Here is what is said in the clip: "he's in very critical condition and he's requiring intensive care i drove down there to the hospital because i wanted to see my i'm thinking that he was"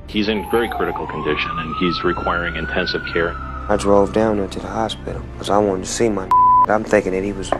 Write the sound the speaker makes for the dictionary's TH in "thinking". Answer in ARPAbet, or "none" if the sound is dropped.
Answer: TH